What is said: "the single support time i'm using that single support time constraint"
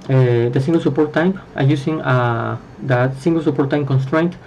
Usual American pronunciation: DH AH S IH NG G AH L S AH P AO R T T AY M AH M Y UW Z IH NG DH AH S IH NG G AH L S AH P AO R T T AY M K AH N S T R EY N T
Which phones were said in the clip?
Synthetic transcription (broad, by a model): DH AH S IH NG G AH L S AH P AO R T T AY M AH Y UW S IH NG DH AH S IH NG G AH L S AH P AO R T T AY M K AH N S T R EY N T